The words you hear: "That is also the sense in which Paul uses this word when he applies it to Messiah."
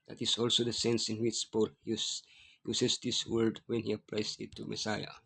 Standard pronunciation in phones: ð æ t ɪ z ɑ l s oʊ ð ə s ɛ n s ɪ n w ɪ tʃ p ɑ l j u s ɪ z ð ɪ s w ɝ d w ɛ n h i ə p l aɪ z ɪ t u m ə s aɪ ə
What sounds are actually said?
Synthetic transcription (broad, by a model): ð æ t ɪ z ɑ l s oʊ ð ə s ɛ n s ɪ n w ɪ tʃ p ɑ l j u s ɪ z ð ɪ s w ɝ d w ɛ n h i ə p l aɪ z ɪ t u m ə s aɪ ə